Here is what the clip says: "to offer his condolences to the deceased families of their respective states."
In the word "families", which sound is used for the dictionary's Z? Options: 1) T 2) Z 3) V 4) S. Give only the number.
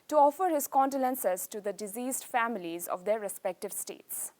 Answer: 2